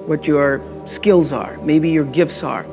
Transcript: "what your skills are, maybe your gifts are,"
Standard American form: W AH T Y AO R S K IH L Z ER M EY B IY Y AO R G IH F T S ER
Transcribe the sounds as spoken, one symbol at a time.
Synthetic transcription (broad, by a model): W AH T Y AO R S K IH L Z ER M EY B IY Y AO R G IH F T S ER